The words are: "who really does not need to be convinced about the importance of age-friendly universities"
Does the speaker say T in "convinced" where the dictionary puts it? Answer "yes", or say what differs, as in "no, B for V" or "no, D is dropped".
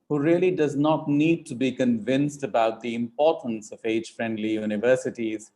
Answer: yes